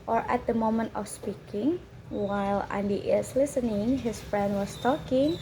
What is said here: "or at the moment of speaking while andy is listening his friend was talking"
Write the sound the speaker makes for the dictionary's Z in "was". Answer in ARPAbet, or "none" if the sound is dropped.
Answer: S